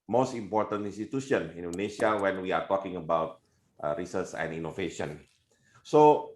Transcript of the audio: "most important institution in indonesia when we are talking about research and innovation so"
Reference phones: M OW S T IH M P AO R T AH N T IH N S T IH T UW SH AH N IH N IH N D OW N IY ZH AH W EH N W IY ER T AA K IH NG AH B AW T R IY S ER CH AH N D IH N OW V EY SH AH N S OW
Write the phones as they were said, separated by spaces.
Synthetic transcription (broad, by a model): M OW S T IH M P AO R T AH N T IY N S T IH T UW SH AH N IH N N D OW N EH SH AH W EH N W IY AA T AA K IH NG AH B AW T R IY S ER S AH N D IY N OW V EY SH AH N S OW